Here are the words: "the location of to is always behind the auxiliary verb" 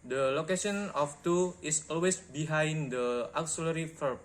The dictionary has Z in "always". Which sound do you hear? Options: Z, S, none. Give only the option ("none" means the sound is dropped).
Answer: S